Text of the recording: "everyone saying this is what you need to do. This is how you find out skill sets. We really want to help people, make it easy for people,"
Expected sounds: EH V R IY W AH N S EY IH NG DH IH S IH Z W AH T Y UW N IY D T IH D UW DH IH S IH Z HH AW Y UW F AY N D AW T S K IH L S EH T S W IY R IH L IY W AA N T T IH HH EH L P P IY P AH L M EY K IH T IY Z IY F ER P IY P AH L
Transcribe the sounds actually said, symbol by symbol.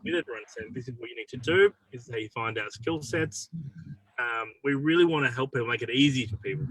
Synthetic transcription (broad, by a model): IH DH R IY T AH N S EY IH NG DH IH S IH Z W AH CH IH N IY D T IH D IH IH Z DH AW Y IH F AY N D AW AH S K IH L S EH T S W IY R IH L IY W AA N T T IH HH EH L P P IY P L M EY K IH T IY Z IY F ER P IY P L